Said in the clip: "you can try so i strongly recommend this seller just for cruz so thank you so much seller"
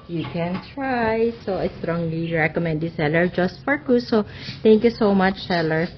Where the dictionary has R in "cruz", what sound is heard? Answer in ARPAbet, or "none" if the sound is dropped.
none